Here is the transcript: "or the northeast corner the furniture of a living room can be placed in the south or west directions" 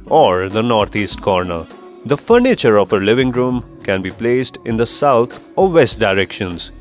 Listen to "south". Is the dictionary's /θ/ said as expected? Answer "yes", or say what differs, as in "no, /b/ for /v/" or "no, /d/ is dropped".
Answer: no, /t/ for /θ/